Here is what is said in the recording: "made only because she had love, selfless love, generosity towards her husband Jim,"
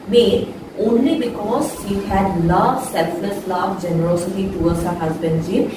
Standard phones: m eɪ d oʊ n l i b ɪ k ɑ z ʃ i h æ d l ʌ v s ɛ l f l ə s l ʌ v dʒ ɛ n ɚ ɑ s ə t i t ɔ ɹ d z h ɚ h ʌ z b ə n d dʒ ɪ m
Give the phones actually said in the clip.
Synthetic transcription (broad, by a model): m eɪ oʊ n l i b ɪ k ɑ z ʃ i h æ d l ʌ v s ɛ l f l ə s l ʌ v dʒ ɛ n ɚ ɑ s ə t i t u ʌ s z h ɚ h ʌ z b ə n d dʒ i